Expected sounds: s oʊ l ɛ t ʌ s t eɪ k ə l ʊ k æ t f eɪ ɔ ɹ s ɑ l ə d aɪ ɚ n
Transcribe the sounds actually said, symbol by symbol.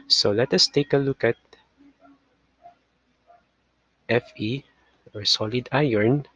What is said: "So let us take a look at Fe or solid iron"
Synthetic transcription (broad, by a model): s oʊ l ɛ t ʌ s t eɪ k ə l ʊ k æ t f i ɔ ɹ s ɑ l ə d aɪ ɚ n